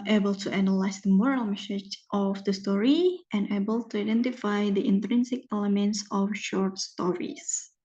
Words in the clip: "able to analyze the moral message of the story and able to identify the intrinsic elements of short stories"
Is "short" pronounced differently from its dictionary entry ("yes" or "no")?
no